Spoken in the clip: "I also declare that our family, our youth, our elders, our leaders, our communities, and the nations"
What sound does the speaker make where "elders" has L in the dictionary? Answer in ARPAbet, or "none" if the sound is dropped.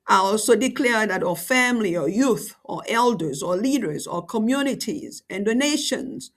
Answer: L